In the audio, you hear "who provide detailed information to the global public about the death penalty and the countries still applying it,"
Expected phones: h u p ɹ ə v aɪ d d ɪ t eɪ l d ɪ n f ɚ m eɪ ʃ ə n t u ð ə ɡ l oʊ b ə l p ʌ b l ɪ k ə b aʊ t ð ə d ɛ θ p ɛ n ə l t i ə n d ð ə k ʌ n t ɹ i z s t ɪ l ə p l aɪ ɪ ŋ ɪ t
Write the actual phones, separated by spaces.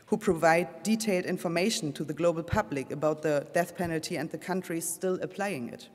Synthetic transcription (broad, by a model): h u p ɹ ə v aɪ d d ɪ t eɪ l d ɪ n f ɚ m eɪ ʃ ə n t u ð ə ɡ l oʊ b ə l p ʌ b l ɪ k ə b aʊ t ð ə d ɛ θ p ɛ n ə l t i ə n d ð ə k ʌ n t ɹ i s t ɪ l ə p l aɪ ɪ ŋ ɪ t